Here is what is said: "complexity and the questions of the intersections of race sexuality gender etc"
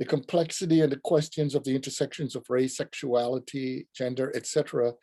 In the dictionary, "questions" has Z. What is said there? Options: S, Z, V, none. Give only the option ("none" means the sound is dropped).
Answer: Z